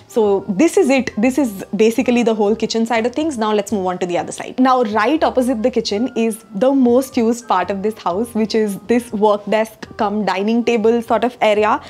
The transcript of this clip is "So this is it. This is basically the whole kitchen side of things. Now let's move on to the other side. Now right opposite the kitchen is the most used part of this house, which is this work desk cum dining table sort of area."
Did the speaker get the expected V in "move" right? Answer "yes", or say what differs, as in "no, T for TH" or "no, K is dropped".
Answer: yes